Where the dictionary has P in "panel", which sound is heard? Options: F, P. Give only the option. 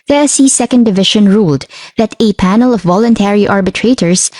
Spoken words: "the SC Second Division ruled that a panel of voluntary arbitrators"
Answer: P